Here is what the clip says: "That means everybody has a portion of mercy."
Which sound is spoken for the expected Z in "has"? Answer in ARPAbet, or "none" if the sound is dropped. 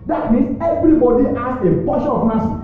S